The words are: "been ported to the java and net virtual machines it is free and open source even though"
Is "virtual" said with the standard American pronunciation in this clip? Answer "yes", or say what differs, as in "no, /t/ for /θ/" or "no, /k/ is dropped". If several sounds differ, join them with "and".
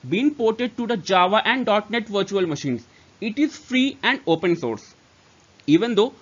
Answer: yes